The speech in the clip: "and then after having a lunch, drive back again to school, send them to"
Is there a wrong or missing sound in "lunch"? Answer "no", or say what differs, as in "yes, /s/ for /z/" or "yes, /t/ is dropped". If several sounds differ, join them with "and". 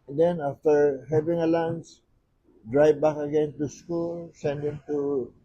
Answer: yes, /s/ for /tʃ/